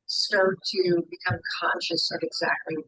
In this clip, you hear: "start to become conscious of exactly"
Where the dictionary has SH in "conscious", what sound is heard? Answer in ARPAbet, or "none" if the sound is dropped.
SH